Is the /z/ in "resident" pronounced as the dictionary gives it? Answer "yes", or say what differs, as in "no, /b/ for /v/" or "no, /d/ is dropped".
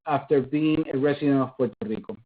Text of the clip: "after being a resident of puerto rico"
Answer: no, /s/ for /z/